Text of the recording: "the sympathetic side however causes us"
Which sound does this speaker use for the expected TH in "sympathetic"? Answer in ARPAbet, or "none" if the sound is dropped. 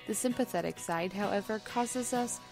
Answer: TH